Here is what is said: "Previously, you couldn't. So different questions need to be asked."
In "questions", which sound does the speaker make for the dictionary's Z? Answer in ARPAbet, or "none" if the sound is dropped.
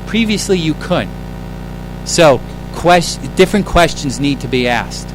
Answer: Z